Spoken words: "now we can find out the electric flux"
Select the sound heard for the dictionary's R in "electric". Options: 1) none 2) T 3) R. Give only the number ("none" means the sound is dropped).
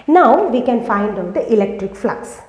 3